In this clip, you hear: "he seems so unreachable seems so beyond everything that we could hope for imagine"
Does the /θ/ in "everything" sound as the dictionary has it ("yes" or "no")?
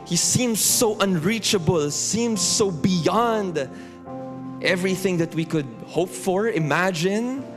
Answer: yes